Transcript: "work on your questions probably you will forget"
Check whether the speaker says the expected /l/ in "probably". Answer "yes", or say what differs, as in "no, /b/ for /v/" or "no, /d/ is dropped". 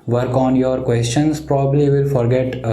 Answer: no, /l/ is dropped